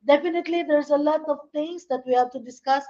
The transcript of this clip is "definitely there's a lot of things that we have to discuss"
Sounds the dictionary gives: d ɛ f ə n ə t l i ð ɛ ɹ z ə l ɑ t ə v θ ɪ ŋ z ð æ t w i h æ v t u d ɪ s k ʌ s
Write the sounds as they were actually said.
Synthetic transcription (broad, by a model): d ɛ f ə n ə t l i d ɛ ɹ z ə l ɑ t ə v t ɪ ŋ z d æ t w i h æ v t u d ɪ s k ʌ s